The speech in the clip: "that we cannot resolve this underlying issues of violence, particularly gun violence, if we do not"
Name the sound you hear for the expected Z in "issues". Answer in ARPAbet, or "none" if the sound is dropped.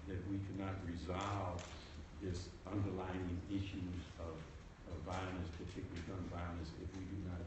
Z